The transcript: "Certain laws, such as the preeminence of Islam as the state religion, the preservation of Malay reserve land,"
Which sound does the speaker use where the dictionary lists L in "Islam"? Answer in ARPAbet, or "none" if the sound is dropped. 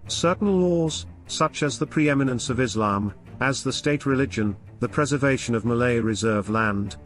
L